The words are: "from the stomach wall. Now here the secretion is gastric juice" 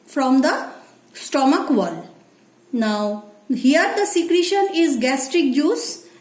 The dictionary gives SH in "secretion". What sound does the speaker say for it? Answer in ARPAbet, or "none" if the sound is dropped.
SH